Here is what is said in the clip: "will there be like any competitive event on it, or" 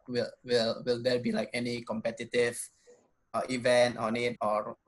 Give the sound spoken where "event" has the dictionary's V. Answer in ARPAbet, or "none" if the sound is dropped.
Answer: V